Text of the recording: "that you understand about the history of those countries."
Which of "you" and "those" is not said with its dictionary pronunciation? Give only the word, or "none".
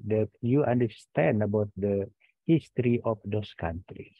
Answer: those